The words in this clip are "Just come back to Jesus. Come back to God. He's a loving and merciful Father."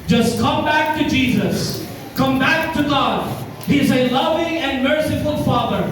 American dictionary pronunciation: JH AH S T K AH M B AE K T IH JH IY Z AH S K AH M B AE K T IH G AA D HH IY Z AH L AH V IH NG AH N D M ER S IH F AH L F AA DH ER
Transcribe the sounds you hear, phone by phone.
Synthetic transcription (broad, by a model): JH AH S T K AH M B AE K T IH JH IY Z AH S K AH M B AE K T IH G AA D HH IY Z AH L AH V IH NG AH N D M ER S IH F AH L F AA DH ER